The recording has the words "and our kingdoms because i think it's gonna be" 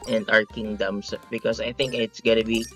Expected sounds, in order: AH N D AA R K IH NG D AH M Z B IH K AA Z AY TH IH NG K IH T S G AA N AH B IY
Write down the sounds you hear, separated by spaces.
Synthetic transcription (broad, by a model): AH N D AA R K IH NG D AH M S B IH K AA S AY TH IH NG K IH T S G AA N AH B IY